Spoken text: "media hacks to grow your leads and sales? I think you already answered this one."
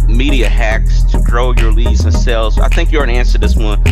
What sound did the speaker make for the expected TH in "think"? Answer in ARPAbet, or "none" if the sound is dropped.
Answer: TH